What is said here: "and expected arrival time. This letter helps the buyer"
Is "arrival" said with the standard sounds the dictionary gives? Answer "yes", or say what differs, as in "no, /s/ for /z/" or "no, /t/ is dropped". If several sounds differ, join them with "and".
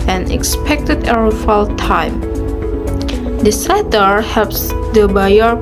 no, /f/ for /v/